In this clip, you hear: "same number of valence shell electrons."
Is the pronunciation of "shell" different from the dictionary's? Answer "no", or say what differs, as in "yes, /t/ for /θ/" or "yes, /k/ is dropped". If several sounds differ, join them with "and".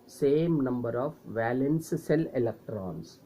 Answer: yes, /s/ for /ʃ/